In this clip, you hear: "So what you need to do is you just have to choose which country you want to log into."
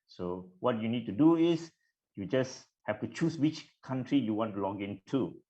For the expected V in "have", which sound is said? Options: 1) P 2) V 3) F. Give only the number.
3